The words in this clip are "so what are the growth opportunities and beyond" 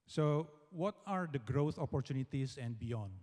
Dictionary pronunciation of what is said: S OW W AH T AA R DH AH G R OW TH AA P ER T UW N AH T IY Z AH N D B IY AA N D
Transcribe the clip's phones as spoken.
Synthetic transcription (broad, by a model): S OW W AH T AA R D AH G R OW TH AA P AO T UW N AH T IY S AH N D B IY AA N D